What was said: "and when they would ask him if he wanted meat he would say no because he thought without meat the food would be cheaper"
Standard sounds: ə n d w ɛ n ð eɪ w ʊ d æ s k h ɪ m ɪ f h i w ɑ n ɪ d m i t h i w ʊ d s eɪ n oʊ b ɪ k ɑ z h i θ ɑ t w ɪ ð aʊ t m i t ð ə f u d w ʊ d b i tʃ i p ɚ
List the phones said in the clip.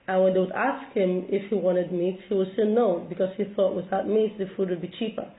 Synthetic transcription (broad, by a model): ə n w ɛ n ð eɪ w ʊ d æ s k h ɪ m ɪ f h i w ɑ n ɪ d m i t h i w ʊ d s eɪ n oʊ b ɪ k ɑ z h i θ ɑ t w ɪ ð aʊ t m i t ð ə f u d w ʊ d b i tʃ i p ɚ